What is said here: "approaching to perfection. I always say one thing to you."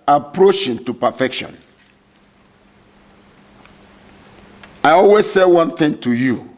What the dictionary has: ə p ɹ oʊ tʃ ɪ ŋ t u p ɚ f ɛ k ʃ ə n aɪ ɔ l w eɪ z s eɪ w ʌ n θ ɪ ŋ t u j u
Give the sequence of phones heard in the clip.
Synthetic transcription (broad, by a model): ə p ɹ oʊ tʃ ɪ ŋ t u p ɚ f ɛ k ʃ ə n aɪ ɔ l w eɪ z s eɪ w ʌ n θ ɪ ŋ t u j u